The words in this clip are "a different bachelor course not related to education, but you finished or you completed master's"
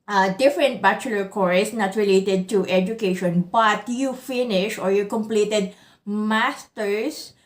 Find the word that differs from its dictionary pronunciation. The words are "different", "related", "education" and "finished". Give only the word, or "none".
finished